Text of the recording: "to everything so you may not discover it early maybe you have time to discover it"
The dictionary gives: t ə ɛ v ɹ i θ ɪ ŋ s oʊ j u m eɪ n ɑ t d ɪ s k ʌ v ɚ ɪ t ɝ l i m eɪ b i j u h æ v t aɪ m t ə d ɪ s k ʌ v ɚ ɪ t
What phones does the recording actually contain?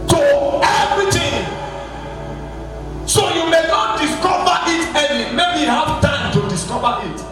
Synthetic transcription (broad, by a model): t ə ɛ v ɹ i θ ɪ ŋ s oʊ j u m eɪ n ɑ t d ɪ s k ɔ v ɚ ɪ t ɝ n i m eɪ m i h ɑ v t aɪ m t ə d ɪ s k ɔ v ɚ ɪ t